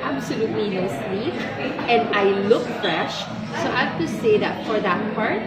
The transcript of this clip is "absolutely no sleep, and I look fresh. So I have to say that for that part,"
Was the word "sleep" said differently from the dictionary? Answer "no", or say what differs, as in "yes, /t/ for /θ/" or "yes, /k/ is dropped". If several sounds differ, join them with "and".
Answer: yes, /w/ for /l/